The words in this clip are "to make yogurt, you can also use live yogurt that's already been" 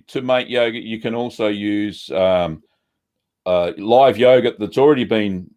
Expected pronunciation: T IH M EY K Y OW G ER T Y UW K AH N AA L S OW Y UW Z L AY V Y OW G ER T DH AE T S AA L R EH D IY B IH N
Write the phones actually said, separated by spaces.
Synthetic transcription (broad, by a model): T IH M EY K Y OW G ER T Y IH K AH N AA L S OW Y UW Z L AY V Y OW G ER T DH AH T S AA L R EH D IY B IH N